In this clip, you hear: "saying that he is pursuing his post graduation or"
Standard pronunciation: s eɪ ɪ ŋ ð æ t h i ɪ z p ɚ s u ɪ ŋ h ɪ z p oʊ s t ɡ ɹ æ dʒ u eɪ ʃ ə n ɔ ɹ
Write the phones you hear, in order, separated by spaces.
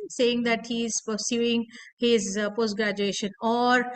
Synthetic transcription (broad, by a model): s eɪ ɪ ŋ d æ t h i ɪ z p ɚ s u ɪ ŋ h ɪ z p oʊ s t ɡ ɹ æ dʒ u eɪ ʃ ə n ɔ ɹ